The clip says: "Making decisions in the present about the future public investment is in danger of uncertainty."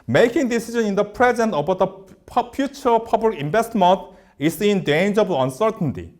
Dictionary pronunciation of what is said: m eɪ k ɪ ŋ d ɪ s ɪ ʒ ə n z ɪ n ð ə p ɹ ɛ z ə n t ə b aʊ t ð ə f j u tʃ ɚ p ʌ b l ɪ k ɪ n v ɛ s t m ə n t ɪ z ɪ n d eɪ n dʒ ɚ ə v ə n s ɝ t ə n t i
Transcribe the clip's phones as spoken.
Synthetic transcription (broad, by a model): m eɪ k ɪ ŋ d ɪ s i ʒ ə n ɪ n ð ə p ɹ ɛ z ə n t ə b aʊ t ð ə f j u tʃ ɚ p ʌ b l ɪ k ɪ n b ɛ s t m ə n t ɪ s ɪ n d eɪ n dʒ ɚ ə b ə n s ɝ t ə n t i